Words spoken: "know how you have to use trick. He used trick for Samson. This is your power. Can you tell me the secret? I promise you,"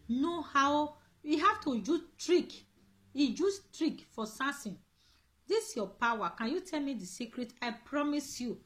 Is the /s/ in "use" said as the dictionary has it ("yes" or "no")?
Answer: no